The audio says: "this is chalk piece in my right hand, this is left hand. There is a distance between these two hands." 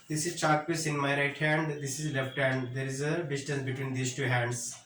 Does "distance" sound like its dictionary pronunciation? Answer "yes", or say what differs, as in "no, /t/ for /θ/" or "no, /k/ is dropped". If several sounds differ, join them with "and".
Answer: yes